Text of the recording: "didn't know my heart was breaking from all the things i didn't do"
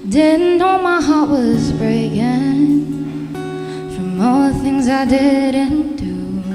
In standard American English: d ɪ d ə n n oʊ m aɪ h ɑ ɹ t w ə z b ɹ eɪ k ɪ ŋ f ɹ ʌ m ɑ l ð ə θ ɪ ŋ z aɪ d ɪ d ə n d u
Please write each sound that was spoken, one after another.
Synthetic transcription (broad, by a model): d ɪ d n n oʊ m aɪ h ɑ ɹ t w ə z b ɹ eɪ k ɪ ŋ f ɹ ʌ m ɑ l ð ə θ ɪ ŋ z aɪ d ɪ d ə n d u